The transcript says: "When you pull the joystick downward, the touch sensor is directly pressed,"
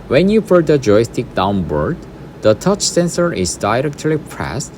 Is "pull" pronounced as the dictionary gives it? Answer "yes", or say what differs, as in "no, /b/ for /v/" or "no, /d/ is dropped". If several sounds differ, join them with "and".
no, /f/ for /p/